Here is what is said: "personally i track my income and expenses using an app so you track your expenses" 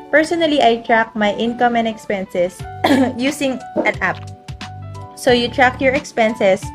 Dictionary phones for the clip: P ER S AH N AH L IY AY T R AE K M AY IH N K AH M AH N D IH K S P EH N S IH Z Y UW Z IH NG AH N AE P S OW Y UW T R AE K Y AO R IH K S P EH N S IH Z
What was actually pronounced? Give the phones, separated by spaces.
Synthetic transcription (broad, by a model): P ER S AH N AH L IY AY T R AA K M AY IH N K AH M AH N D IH K S P EH N S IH S Y UW S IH NG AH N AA P S OW Y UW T R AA K Y AO R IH K S P EH N S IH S